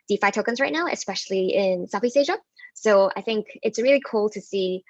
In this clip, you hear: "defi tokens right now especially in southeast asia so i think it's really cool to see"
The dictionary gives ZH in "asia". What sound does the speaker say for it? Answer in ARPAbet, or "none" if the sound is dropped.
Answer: ZH